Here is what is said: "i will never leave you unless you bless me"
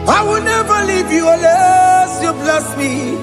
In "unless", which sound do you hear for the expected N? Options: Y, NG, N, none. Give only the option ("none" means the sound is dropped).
none